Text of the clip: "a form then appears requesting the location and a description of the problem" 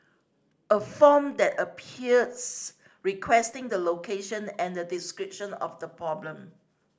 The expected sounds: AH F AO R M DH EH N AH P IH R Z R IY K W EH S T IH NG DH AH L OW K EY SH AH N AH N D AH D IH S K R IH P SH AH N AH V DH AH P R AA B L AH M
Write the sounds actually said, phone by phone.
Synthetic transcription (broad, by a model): AH F AO M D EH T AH P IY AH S R IY K W EH S T IH NG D AH L OW K EY SH AH N AH N D AH D IH S K R IH P SH AH N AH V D AH P R AA B L AH M